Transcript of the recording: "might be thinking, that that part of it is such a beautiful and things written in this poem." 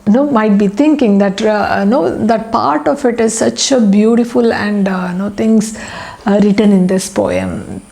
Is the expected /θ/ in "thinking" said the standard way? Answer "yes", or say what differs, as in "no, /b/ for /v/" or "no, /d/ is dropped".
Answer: no, /t/ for /θ/